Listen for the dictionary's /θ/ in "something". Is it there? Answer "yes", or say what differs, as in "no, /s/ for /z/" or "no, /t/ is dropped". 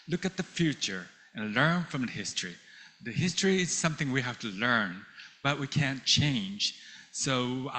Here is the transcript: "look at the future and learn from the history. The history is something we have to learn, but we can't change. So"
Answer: yes